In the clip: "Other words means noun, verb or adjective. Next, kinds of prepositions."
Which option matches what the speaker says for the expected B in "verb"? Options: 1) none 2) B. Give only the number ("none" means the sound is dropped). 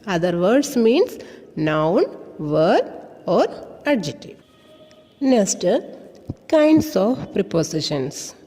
1